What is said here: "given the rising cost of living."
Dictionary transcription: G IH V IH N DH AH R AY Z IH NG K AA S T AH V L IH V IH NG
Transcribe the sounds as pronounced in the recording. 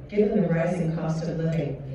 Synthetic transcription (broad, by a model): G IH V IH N DH AH R AY Z IH NG K AA S T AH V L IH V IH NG